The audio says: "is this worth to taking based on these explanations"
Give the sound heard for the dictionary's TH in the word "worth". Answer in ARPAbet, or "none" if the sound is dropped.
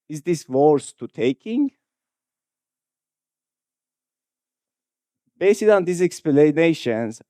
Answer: S